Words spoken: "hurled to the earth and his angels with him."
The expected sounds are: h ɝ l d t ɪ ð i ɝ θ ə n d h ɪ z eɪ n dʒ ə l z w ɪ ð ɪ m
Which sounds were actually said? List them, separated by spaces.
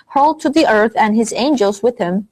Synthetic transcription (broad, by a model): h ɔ l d t ɪ ð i ɝ θ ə n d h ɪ z eɪ n dʒ ə l z w ɪ ð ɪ m